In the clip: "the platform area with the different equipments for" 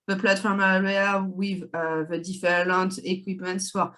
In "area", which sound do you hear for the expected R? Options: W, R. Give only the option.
W